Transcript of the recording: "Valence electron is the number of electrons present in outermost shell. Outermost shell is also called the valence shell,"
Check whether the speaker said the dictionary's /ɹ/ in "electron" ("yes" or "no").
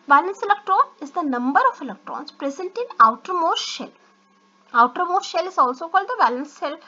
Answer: yes